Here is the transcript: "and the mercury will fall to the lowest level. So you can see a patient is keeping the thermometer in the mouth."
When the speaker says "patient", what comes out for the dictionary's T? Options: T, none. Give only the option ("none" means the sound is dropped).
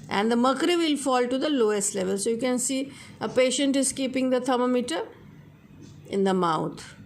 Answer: T